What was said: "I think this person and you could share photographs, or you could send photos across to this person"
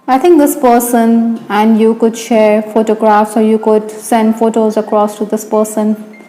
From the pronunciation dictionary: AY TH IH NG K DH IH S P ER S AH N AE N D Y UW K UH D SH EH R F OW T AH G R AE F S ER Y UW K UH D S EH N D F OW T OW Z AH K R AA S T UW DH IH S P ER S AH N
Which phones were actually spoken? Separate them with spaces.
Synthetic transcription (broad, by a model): AY T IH NG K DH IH S P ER S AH N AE N D Y UW K UH D SH EH R F OW T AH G R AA F S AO Y UW K UH D S EH N D F OW T OW Z AH K R AA S T UW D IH S P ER S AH N